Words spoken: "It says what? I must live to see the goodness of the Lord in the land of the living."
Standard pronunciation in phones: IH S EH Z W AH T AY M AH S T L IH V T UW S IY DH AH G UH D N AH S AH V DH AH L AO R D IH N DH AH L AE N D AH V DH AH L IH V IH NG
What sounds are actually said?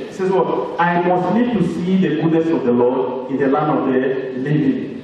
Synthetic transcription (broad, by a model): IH S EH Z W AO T AY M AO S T N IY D T UW S IY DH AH G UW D N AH S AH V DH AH L AO D IH N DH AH L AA N D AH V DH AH L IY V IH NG